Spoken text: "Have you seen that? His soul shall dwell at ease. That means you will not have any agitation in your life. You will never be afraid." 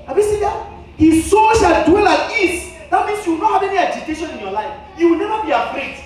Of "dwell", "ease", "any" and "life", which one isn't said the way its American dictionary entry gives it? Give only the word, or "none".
ease